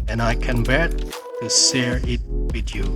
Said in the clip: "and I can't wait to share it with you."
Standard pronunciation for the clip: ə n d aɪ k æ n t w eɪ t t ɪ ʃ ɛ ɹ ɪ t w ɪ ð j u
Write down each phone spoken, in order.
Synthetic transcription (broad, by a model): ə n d aɪ k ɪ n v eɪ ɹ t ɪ s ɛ ɹ ɪ t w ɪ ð j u